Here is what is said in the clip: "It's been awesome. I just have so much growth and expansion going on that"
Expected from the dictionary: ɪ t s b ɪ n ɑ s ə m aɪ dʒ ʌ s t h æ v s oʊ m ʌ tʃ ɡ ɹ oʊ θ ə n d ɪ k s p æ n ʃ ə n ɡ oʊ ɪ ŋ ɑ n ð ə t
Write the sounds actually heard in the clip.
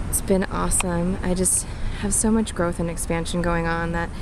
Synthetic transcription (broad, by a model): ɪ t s b ɪ n ɑ s ə m aɪ dʒ ʌ s t h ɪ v s oʊ m ʌ tʃ ɡ ɹ oʊ θ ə n ɪ k s p æ n ʃ ə n ɡ oʊ ɪ ŋ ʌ n ð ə t